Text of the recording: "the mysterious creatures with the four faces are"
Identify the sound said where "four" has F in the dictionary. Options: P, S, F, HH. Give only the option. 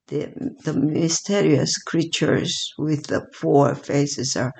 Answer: P